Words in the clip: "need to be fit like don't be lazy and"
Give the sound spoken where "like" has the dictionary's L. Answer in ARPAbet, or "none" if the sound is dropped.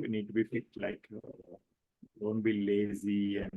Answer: L